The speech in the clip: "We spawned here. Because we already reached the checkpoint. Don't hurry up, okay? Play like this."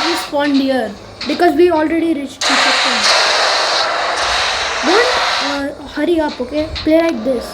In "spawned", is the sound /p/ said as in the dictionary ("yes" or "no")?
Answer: no